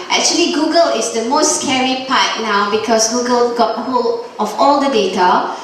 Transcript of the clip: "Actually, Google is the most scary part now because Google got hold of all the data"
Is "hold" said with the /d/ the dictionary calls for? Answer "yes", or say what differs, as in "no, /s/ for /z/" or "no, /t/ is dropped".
no, /d/ is dropped